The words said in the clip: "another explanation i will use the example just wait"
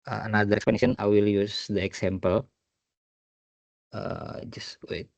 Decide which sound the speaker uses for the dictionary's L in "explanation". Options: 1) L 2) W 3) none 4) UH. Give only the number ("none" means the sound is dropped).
3